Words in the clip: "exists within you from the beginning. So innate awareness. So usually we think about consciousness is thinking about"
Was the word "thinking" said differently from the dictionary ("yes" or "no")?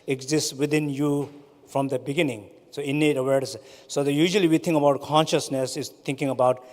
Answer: yes